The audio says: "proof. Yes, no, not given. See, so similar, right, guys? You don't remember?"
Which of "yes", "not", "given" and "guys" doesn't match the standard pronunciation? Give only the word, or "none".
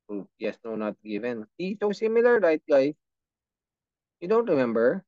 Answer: guys